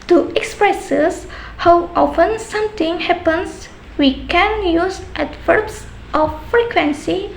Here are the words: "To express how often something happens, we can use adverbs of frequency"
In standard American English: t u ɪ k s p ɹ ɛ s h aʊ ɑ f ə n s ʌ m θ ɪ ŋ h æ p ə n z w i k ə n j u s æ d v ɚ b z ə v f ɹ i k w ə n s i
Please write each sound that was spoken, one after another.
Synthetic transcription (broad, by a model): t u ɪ k s p ɹ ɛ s h aʊ ɑ f ə n s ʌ m t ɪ ŋ h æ p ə n s w i k ə n j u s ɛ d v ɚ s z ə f ɹ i k w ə n s i